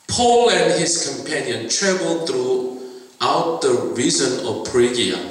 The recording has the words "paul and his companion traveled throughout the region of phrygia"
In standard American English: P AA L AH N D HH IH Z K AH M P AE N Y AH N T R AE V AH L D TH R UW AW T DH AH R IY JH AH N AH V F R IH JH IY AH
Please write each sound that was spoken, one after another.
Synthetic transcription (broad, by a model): P AA L AH N D HH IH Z K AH M P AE N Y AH N T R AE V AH L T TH R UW AW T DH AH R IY Z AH N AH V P R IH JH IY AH